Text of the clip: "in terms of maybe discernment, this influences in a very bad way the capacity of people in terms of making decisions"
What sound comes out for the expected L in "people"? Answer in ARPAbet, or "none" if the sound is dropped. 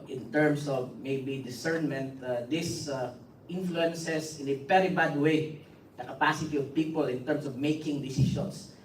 L